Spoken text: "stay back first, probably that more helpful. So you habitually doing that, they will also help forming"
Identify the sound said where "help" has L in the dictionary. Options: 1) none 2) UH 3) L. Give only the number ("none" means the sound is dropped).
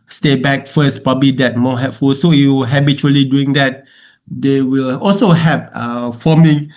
1